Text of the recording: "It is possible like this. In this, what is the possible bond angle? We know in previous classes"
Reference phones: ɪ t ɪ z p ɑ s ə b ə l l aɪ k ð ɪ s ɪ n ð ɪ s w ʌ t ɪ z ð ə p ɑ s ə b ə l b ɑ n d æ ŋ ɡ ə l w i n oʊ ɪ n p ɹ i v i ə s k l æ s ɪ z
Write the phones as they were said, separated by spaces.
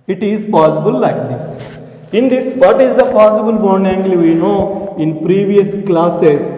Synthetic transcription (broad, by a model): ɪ t ɪ z p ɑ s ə b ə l l aɪ k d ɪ s ɪ n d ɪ s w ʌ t ɪ z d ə p ɑ s ə b ə l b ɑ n ɛ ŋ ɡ l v i n oʊ ɪ n p ɹ i v i ə s k l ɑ s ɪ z